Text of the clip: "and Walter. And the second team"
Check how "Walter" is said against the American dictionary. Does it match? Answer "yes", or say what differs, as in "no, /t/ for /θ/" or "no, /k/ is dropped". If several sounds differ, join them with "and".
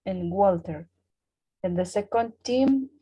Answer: yes